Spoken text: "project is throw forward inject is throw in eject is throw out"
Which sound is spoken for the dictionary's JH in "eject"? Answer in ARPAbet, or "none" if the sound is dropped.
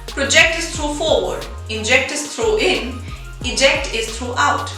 JH